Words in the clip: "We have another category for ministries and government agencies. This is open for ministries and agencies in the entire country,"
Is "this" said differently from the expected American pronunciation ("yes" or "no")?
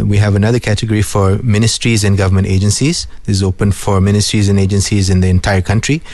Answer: yes